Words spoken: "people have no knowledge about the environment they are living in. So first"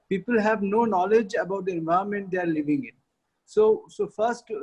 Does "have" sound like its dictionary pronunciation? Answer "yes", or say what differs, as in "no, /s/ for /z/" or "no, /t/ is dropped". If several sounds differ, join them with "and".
yes